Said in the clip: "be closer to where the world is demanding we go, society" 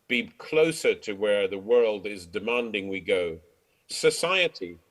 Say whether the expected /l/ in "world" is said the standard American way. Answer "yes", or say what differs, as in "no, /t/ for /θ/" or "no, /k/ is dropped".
yes